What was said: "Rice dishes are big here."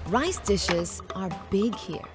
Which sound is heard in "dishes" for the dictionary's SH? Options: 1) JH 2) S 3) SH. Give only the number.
3